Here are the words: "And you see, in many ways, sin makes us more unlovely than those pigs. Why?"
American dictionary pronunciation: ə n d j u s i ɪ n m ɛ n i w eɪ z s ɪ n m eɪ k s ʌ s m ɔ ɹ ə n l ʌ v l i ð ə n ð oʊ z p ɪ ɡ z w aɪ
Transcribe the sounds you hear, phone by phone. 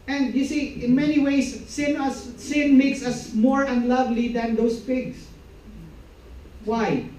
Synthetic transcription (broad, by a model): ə n d j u s i ɪ n m ɛ n i w eɪ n s ɪ n m eɪ k s ʌ s m ɔ ɹ ə n l ʌ v l i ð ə n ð oʊ s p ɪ ɡ s w aɪ